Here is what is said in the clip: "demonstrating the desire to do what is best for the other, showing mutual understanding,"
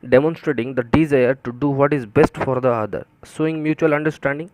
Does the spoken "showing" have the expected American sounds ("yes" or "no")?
no